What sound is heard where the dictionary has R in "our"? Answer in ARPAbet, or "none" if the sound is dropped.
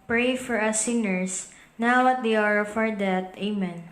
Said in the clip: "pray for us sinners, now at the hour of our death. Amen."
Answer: R